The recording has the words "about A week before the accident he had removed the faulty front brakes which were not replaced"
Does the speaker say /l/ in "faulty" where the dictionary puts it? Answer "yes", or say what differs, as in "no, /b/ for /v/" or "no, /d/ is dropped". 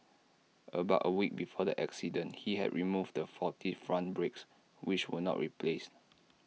no, /l/ is dropped